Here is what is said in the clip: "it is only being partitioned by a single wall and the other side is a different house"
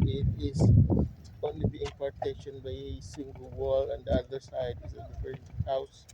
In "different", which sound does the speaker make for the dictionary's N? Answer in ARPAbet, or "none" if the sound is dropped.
none